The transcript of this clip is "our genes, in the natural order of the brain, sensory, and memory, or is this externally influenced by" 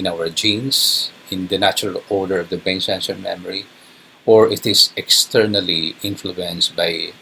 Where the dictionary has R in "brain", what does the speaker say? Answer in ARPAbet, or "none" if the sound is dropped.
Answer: none